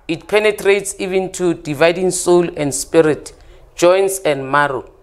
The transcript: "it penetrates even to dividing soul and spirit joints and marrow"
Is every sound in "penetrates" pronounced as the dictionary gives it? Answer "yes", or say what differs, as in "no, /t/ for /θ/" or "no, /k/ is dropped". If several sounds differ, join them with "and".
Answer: yes